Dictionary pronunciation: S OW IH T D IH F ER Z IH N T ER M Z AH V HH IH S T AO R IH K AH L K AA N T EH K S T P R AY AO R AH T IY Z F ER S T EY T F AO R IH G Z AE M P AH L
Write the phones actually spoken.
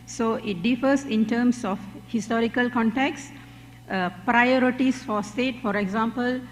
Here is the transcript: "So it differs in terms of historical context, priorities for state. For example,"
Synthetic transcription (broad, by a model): S OW IH T D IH F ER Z IH N T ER M S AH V HH IH S T AO R IH K AH L K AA N T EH K S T P R AY AO R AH T IY S F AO S T EY T F AO R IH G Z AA M P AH L